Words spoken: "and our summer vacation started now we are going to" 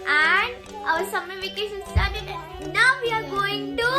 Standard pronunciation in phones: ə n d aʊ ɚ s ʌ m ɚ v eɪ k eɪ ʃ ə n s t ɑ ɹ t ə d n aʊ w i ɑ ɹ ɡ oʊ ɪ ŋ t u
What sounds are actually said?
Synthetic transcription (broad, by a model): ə n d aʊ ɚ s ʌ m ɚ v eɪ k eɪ s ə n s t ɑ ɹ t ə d n aʊ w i ɑ ɹ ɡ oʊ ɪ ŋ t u